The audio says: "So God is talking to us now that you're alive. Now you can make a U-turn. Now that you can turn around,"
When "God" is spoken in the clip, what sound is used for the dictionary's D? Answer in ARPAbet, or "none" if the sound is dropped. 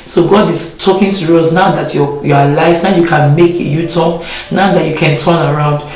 D